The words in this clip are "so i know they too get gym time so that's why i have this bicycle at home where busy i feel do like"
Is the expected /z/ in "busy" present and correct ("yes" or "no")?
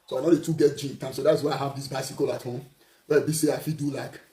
no